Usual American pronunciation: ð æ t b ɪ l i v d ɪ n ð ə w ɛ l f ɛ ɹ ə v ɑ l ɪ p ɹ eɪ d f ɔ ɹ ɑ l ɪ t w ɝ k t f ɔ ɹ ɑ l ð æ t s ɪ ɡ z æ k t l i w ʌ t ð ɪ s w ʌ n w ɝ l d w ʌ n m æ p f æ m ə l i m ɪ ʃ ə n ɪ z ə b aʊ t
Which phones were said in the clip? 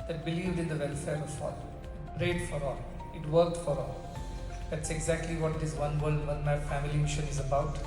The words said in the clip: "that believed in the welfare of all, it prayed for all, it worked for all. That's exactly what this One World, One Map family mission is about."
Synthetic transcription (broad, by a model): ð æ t b ɪ l i v d ɪ n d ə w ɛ l f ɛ ɹ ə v ɑ l ɪ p ɹ eɪ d f ɔ ɹ ɑ l ɪ t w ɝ k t f ɔ ɹ ɑ l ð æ t s ɪ ɡ z æ k t l i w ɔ t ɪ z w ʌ n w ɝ l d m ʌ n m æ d f æ m ə l i m ɪ ʃ ə n ɪ z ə b aʊ t